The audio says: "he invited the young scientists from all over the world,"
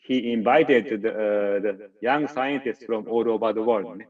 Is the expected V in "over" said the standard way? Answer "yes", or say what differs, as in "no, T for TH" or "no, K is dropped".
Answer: no, P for V